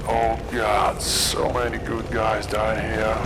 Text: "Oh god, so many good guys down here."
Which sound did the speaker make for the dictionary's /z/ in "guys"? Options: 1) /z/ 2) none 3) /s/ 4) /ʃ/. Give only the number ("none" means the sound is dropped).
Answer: 1